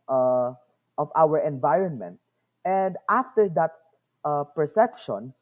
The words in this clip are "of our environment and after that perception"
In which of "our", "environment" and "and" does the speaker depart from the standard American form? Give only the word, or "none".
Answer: none